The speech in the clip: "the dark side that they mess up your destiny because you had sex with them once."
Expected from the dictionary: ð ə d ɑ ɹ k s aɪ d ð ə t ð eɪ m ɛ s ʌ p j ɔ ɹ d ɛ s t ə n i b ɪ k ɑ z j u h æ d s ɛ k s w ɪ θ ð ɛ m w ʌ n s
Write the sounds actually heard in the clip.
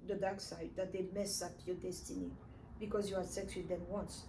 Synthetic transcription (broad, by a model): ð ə d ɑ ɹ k s aɪ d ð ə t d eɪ m ɛ s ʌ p j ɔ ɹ d ɛ s t ə n i b ɪ k ɑ z j u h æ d s ɛ k s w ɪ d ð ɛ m w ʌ n s